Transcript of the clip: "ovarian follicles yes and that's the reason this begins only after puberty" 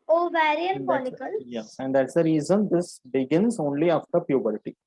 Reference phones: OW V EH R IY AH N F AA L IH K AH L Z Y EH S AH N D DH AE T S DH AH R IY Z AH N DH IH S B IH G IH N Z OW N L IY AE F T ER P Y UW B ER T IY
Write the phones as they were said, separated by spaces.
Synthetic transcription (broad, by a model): OW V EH R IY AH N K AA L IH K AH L Y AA AH N D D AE T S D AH R IY Z AH N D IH S B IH G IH N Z OW N L IY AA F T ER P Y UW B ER T IY